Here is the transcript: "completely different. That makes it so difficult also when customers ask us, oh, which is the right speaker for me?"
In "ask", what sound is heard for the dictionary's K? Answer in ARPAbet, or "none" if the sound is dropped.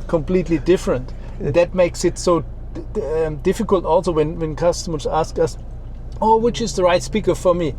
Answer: K